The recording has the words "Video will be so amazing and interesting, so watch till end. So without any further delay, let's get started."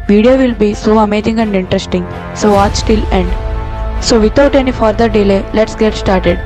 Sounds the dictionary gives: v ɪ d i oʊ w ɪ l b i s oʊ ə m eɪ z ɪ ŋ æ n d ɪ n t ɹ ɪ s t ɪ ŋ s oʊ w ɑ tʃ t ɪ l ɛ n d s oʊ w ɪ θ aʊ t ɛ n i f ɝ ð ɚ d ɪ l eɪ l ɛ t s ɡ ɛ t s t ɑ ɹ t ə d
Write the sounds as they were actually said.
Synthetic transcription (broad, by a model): v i d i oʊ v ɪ l b i s oʊ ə m eɪ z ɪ ŋ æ n d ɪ n t ɹ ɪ s t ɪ ŋ s oʊ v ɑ tʃ t ɪ l ɛ n d s oʊ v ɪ t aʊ t ɛ n i f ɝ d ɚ d ɪ l eɪ l ɛ t s ɡ ɛ t s t ɑ ɹ t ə d